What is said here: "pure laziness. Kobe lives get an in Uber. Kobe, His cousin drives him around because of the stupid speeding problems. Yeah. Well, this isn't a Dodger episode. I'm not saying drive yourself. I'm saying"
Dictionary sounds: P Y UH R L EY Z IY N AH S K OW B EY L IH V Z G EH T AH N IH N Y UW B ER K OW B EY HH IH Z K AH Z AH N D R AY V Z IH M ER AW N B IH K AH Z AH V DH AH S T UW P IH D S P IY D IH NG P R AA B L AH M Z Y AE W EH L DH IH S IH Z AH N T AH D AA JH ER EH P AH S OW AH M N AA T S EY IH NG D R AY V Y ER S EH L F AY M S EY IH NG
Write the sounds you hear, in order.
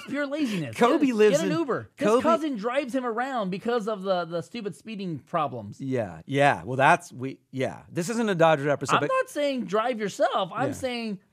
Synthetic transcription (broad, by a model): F Y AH R L EY Z IY N AH S K OW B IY L IH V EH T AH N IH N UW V ER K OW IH K AH Z AH N D R AY V Z IH M ER AW N B IH K AH Z AH V DH AH S T UW P IH D S P IY D IH NG P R AA B L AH M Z Y AE W EH L DH IH S IH Z AH N T AH D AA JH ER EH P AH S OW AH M N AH T S EY IH NG D R AY V Y ER S EH L F AY M S EY IH NG